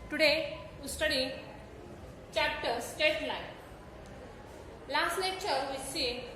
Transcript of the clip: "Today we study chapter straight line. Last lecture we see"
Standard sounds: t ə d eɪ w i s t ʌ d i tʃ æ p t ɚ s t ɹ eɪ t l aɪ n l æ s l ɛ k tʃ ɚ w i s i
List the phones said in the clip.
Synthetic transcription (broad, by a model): t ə d eɪ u s t ʌ d i tʃ æ p t ɚ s t eɪ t l aɪ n l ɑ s l ɛ k tʃ ɚ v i s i